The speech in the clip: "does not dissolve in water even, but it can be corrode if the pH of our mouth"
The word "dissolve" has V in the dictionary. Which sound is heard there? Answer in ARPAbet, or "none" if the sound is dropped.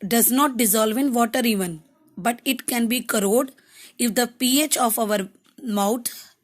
V